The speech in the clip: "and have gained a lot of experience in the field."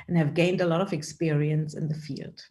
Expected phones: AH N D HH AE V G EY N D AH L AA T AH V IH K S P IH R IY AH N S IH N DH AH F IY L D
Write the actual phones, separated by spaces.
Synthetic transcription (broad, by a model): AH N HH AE V G EY N D AH L AA T AH V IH K S P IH R IY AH N S IH N DH AH F IY L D